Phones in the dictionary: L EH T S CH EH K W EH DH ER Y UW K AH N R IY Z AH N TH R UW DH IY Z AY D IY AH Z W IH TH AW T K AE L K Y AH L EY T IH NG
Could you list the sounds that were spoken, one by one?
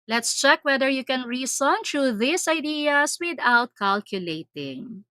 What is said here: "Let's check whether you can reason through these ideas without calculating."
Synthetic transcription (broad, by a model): L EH T S CH EH K W EH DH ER Y UW K AH N R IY S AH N T R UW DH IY S AY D IY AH S W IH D AW T K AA L K Y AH L EY T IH NG